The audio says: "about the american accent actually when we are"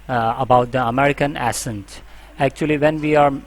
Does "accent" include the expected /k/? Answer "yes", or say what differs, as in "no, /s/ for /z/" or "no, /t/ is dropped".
no, /k/ is dropped